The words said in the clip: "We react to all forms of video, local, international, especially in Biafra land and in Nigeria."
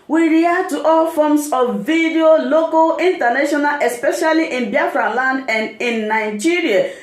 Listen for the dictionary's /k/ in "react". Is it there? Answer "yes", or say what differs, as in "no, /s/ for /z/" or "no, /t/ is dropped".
no, /k/ is dropped